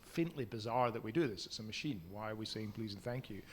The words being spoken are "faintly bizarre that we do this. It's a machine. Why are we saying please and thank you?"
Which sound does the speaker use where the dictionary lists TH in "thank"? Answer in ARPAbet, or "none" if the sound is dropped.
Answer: TH